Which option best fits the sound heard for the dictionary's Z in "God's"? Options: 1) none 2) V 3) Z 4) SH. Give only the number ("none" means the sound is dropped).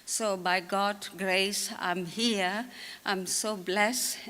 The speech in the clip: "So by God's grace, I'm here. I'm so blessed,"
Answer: 1